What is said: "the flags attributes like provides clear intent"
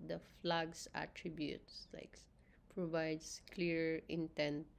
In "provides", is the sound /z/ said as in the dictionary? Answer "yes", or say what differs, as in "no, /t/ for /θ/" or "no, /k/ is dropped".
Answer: no, /s/ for /z/